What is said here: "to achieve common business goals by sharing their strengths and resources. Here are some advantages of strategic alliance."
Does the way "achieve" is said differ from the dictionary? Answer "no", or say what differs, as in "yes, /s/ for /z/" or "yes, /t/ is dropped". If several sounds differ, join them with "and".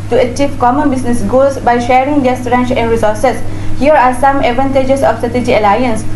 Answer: no